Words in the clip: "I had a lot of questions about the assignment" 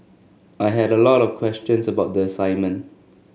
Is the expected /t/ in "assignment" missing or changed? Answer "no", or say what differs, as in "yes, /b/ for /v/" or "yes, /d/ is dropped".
no